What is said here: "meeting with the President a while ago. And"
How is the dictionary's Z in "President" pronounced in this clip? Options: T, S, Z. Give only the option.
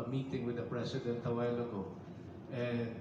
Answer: S